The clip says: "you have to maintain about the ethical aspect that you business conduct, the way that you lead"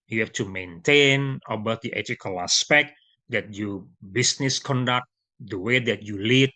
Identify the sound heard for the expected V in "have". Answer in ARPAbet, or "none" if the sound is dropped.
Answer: F